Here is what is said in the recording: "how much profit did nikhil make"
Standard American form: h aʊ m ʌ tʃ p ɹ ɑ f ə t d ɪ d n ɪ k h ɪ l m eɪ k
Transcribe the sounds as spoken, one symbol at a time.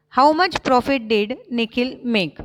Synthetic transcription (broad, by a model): h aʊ m ʌ tʃ p ɹ ɑ f ə t d ɪ d n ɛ k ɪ l m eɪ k